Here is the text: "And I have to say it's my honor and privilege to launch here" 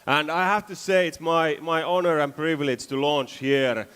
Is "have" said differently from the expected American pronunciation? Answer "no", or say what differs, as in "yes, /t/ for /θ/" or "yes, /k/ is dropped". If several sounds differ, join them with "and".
yes, /f/ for /v/